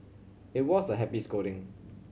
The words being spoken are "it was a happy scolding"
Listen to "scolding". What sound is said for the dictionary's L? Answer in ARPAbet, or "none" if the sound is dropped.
none